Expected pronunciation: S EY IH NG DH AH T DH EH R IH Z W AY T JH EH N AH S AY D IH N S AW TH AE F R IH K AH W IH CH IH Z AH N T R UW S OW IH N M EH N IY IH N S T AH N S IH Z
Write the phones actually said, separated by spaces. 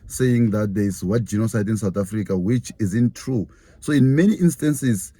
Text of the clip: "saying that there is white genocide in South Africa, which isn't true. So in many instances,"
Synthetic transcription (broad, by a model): S EY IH NG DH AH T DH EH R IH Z W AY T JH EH N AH S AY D IH N S AW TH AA F R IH K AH W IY CH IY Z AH N T R UW S OW IH N M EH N IY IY N S T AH N S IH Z